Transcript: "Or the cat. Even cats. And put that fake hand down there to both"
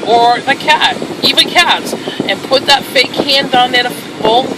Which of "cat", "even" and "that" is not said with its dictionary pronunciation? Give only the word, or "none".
none